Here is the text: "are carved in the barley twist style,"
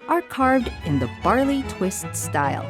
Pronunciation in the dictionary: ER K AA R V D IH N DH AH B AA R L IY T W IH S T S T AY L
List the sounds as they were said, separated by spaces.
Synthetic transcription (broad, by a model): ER K AA R V D IH N DH AH B AA R L IY T W IH S T S T AY L